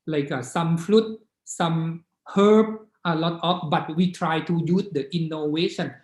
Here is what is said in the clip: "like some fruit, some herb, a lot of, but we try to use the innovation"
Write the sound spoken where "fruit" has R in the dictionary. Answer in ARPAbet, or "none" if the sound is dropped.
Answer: L